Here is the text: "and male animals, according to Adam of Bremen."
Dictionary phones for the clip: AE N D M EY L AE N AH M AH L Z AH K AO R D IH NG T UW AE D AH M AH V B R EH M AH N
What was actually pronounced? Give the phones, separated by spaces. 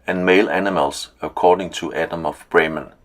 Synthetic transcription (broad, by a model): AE N M EY L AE N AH M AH L S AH K AO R D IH NG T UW AE D AH M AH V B R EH M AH N